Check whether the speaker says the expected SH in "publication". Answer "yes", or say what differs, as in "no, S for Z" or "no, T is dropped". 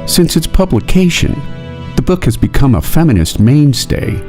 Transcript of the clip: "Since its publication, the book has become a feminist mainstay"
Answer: yes